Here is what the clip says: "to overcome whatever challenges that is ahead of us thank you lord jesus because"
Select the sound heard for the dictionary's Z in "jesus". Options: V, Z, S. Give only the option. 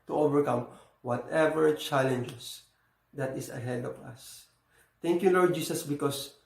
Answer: S